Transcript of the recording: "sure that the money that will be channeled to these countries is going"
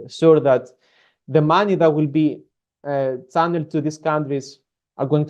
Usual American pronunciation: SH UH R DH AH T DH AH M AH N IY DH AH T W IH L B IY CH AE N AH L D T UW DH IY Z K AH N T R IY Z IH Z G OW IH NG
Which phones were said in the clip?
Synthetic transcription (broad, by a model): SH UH R DH AH T DH AH M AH N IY DH AH T W IH L B IY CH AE N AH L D T UW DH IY S K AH N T R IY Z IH G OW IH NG